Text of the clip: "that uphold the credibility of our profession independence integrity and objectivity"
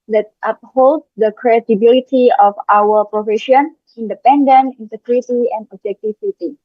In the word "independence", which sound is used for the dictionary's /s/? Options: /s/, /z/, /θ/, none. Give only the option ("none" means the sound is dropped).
none